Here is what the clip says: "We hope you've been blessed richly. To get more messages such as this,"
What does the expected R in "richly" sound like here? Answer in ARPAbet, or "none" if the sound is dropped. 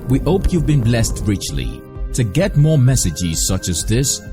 R